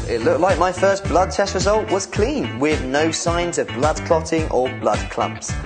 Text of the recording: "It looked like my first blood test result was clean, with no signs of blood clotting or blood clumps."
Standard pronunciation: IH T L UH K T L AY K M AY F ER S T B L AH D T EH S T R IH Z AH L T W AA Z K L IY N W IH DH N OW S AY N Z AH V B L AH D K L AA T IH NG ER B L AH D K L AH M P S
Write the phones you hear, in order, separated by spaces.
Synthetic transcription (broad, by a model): IH T L UH K T L AY K M AY F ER S B L AH D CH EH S R IH Z AH L T W AA Z K L IY N W IH DH N OW S AY N Z AH V B L AH D K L AA T IH NG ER B L AH D K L AH M P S